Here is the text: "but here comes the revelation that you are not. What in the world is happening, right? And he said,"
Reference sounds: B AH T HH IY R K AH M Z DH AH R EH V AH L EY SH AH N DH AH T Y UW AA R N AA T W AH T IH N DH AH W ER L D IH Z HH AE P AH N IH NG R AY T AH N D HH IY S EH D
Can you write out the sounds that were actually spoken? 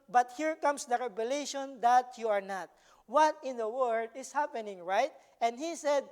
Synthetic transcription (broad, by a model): B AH T HH IY R K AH M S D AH R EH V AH L EY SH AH N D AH T Y UW AA R N AA T W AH T IH N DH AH W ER D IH S HH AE P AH N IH NG R AY T AH N D HH IY S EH D